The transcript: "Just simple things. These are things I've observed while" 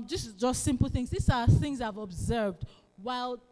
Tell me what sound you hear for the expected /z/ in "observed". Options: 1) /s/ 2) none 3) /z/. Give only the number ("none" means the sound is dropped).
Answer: 3